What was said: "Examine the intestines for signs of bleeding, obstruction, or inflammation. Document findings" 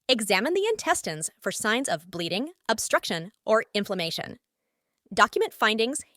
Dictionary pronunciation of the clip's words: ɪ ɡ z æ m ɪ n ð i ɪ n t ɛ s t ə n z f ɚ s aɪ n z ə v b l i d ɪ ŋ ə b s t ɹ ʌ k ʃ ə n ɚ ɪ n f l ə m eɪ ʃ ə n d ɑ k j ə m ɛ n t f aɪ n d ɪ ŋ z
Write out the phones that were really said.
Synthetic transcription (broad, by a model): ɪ ɡ z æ m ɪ n ð i ɪ n t ɛ s t ə n z f ɚ s aɪ n z ə v b l i d ɪ ŋ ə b s t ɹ ʌ k ʃ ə n ɚ ɪ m f l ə m eɪ ʃ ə n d ɑ k j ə m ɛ n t f aɪ n d ɪ ŋ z